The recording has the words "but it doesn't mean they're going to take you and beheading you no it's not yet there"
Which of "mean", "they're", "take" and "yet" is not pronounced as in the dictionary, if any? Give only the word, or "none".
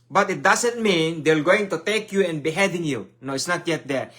they're